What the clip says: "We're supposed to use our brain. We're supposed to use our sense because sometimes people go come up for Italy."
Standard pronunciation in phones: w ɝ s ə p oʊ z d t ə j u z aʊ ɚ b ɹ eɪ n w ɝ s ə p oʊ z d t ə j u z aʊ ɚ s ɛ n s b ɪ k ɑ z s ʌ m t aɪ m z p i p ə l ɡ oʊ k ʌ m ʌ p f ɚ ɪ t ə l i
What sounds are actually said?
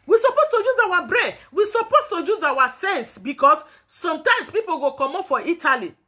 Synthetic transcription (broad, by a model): w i s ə p oʊ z t ə j u z aʊ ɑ b ɹ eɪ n w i s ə p oʊ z t ə j u z aʊ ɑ s ɛ n s b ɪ k ɑ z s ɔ m t aɪ m s p i p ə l ɡ oʊ k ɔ m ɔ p f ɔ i t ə l i